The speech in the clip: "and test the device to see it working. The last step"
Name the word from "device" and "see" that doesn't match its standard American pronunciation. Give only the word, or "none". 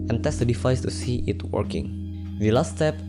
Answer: device